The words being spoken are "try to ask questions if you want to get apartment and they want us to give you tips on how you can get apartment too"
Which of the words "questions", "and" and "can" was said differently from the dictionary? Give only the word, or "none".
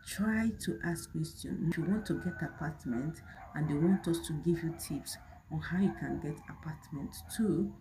questions